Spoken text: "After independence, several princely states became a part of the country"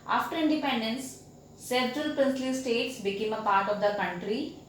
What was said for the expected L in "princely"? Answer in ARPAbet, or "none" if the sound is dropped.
L